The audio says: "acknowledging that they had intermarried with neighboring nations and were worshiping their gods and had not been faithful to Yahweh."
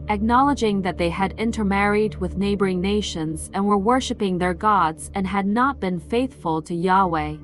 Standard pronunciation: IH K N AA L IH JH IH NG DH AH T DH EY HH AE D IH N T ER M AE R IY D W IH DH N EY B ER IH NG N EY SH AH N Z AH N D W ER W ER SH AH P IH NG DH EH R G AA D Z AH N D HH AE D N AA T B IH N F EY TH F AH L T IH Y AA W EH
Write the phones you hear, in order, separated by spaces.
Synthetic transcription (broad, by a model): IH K N AA L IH JH IH NG DH AH T DH EY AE D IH N T ER M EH R IY D W IH DH N EY B ER IH NG N EY SH AH N Z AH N W ER W ER SH AH P IH NG DH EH R G AA D Z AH N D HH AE D N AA T B IH N F EY TH F AH L T IH Y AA W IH